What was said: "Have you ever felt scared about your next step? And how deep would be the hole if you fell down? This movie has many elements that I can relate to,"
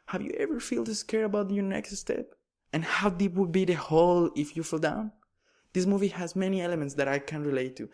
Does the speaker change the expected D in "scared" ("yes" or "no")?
yes